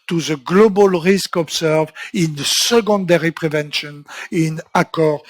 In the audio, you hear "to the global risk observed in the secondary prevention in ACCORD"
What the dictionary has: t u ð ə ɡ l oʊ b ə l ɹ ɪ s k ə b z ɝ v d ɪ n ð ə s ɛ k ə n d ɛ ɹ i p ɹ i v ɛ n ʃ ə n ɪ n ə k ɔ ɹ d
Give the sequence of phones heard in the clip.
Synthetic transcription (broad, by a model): t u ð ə ɡ l oʊ b ə l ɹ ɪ s k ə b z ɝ v ɪ n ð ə s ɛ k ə n d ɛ ɹ i p ɹ i v ɛ n ʃ ə n ɪ n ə k ɔ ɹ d